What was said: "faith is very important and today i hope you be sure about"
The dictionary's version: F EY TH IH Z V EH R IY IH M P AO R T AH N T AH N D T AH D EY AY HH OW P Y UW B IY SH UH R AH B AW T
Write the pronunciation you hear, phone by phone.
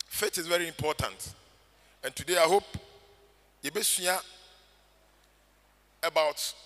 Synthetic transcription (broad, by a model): F EY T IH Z V EH R IY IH M P AO T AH N T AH N T AH D EY AY HH OW P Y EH B IY S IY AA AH B AW T